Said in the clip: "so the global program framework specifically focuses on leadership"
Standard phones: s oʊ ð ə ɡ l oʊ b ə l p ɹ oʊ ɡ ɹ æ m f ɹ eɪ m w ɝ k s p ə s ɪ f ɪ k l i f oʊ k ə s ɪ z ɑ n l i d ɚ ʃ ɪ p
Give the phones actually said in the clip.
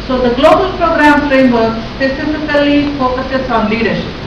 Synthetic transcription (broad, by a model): s oʊ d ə ɡ l oʊ b ə l p ɹ oʊ ɡ ɹ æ m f ɹ eɪ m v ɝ k s p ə s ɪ f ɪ k l i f oʊ k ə s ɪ s ɑ n l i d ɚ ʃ